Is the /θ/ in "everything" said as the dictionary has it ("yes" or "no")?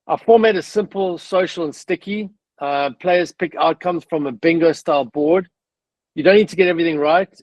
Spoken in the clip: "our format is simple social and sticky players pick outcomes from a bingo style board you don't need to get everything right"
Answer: yes